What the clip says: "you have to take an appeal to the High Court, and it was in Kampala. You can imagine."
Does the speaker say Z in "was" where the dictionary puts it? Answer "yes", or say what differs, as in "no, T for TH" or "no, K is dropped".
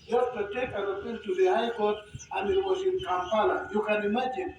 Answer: no, S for Z